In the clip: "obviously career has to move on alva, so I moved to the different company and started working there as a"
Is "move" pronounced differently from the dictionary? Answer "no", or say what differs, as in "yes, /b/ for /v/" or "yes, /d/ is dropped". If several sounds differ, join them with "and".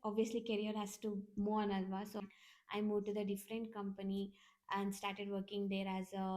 yes, /v/ is dropped